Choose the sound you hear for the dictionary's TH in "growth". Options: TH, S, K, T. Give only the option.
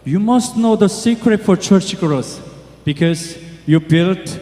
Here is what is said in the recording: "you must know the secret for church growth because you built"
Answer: S